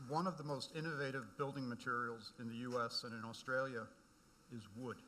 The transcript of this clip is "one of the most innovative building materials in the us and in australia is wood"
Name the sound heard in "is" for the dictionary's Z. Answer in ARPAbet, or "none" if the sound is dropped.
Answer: Z